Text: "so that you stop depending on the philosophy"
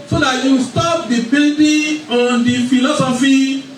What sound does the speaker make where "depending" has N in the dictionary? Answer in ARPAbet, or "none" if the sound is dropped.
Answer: L